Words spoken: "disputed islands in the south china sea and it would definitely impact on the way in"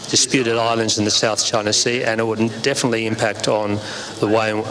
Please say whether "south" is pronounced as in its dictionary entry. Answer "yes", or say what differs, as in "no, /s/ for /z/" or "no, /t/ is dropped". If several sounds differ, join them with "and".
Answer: yes